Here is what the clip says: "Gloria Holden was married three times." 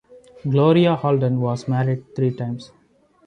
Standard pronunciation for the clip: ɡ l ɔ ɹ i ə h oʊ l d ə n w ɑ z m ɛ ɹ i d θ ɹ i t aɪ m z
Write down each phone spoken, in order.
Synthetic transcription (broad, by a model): ɡ l ɔ ɹ i ə h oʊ l d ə n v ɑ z m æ ɹ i d t ɹ i t aɪ m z